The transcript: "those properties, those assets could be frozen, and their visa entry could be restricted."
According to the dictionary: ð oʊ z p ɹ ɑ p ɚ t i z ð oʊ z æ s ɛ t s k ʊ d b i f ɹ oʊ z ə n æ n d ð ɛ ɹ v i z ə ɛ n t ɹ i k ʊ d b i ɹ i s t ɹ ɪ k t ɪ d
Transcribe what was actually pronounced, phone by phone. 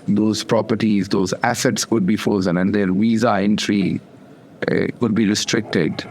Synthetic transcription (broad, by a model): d oʊ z p ɹ ɑ p ɚ t i z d oʊ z æ s ɛ t s k ʊ d b i f oʊ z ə n æ n d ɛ ɹ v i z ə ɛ n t ɹ i k ʊ d b i ɹ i s t ɹ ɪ k t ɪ d